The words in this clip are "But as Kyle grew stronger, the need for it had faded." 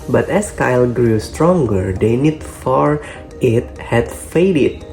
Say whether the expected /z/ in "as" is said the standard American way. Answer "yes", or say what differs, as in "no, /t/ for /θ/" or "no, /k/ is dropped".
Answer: no, /s/ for /z/